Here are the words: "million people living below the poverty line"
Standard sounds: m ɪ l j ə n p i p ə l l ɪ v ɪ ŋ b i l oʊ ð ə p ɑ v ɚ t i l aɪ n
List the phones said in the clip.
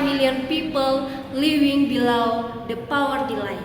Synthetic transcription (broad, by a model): m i l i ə n p i p ə l l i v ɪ ŋ b i l oʊ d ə p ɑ w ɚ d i l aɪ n